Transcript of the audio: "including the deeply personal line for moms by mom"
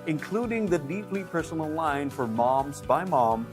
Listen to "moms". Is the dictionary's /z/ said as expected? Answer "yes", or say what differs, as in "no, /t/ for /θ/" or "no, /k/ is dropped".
yes